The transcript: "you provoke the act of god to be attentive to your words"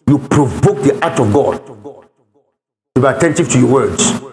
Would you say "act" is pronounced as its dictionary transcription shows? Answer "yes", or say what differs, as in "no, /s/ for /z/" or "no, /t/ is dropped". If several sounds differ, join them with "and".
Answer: no, /k/ is dropped